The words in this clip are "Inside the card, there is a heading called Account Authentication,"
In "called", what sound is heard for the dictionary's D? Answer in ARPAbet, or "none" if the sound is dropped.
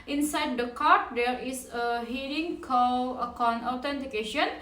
none